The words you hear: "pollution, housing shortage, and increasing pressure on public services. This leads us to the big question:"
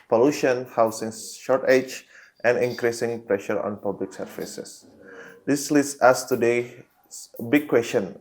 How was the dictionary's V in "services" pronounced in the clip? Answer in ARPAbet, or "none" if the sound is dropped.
F